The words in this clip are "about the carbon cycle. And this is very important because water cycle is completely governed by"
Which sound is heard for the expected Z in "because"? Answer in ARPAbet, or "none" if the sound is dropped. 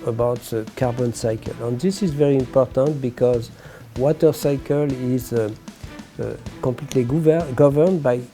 Z